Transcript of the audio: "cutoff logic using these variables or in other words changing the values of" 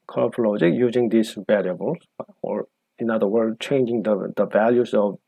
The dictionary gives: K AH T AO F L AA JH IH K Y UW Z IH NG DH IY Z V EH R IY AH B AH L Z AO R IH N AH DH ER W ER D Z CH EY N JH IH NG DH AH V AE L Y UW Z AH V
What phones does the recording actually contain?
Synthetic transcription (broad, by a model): K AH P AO L AA JH IH K Y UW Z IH NG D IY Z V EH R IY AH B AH L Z AO R IH N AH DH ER W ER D CH EY N JH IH NG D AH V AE L Y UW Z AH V